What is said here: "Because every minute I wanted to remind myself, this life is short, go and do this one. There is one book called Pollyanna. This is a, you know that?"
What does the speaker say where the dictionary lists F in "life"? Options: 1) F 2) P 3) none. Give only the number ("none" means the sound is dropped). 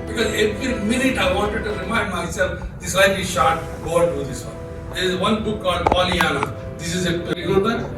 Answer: 3